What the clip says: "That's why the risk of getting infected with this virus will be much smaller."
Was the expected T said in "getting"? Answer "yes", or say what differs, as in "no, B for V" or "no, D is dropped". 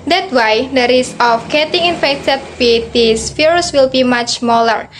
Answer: yes